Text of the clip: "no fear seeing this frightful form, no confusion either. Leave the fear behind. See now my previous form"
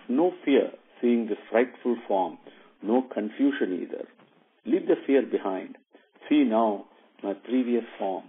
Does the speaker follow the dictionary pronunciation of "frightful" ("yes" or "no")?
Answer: yes